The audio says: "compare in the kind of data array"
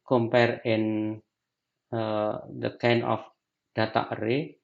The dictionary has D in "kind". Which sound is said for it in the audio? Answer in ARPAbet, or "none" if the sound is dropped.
none